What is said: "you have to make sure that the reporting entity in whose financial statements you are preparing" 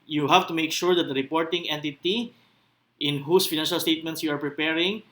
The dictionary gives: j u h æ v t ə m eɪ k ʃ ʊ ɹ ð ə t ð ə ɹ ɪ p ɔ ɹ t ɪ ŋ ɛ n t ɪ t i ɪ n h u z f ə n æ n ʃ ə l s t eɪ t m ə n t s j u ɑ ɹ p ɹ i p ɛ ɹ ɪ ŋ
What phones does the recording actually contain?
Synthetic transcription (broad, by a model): j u h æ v t ə m eɪ k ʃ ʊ ɹ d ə t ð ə ɹ ɪ p ɔ ɹ t ɪ ŋ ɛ n t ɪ t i ɪ n h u s f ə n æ n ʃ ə l s t eɪ t m ə n t s j u ɑ ɹ p ɹ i p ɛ ɹ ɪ ŋ